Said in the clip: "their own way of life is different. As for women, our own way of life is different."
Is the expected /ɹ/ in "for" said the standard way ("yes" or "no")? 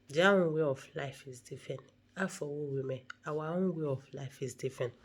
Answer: no